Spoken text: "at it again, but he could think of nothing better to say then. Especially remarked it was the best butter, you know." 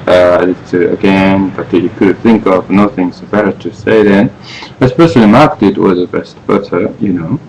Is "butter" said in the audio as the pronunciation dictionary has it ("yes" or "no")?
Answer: no